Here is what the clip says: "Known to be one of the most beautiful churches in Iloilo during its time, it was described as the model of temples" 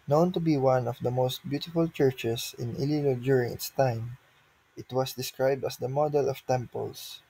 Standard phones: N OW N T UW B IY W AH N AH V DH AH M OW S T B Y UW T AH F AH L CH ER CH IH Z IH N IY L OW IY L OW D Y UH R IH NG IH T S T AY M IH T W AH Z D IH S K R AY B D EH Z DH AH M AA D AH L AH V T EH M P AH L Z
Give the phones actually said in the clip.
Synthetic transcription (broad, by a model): N OW N T UW B IY W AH N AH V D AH M OW S T B Y UW T AH F AH L CH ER CH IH S IH N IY L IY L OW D Y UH R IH NG IH T S T AY M IH T W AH S D IH S K R AY B D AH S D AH M AA D AH L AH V T EH M P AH L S